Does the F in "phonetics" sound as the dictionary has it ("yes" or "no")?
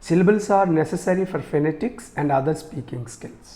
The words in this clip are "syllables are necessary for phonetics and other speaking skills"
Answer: yes